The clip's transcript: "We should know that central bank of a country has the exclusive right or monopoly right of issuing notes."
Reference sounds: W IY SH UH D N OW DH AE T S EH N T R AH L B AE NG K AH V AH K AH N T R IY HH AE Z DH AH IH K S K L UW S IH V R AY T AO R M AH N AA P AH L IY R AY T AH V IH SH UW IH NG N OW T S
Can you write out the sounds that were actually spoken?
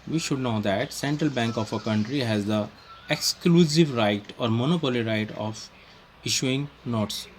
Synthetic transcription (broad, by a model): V IY SH UH D N OW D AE T S EH N T R AH L B AE NG K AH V AH K AH N T R IY HH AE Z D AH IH K S K L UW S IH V R AY T AO R M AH N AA P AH L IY R AY T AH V IH SH UW IH NG N OW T S